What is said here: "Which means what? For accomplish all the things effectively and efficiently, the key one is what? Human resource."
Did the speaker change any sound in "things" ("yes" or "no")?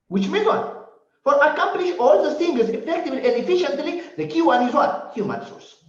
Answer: yes